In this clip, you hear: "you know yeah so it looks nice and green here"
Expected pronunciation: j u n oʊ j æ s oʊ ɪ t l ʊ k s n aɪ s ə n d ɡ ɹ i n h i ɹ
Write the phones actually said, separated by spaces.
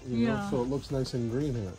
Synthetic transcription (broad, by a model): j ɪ n oʊ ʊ s oʊ ɪ t l ʊ k s n aɪ s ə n ɡ ɹ i n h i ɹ